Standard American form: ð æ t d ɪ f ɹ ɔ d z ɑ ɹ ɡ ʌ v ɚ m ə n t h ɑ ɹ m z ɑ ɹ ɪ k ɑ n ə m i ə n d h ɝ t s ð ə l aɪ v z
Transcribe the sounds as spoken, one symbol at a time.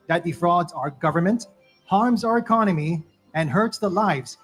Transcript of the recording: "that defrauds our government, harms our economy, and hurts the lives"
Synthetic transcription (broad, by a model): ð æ t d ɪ f ɹ ɔ d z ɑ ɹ ɡ ʌ v ɚ m ə n t h ɑ ɹ m z ɑ ɹ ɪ k ɑ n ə m i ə n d h ɝ t s ð ə l aɪ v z